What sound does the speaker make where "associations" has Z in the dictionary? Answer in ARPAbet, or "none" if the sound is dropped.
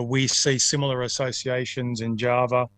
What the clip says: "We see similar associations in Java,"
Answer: Z